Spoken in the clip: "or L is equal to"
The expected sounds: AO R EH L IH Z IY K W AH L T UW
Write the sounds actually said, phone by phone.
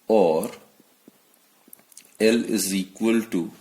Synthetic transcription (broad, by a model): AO R EH L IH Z IY K W AH L T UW